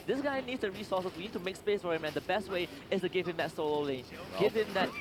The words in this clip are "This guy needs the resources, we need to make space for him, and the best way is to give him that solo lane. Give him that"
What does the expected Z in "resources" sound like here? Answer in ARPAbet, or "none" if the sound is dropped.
none